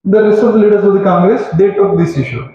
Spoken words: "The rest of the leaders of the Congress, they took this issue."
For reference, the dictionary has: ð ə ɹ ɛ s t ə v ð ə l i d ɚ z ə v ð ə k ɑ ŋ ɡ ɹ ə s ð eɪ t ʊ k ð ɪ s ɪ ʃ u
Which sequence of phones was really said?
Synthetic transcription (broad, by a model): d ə ɹ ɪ s ə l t l i d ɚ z ə v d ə k ɑ ŋ ɡ ɹ ə s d eɪ t ʊ k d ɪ s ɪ ʃ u